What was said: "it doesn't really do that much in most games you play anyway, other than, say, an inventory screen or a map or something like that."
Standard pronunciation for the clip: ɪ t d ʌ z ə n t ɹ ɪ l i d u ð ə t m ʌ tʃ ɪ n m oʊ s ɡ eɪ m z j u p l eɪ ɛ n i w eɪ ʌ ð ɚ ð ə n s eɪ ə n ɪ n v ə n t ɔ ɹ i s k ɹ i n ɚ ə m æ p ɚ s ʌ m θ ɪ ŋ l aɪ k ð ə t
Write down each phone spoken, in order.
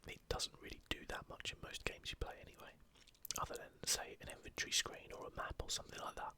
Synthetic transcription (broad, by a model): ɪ t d ʌ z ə n t ɹ ɪ l i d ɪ ð ə t m ʌ tʃ ɪ n m oʊ s ɡ eɪ m z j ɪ p l eɪ ɛ n i w eɪ ʌ ð ɚ ð ə n s eɪ ə n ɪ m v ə n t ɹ i s k ɹ i n ɚ ə m æ p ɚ s ʌ m θ ɪ ŋ l aɪ k ð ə t